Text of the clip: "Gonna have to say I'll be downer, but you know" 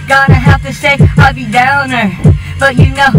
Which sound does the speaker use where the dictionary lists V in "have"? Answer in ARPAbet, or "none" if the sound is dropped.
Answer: F